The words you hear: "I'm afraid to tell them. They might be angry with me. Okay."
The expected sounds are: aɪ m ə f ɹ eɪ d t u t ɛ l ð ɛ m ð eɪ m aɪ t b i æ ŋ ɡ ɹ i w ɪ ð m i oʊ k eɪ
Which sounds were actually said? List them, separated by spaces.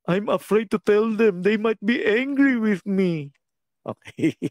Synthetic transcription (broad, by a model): aɪ m ə f ɹ eɪ d t u t ɛ l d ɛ m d eɪ m aɪ t b i æ ŋ ɡ ɹ i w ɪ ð m i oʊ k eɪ